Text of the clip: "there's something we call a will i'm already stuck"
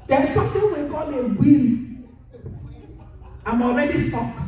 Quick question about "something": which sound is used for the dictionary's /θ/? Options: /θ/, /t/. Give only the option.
/t/